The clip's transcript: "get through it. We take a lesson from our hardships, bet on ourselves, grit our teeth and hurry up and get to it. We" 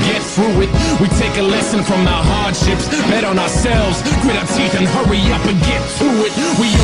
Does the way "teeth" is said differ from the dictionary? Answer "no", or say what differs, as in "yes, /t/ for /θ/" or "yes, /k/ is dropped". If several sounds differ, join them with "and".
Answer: no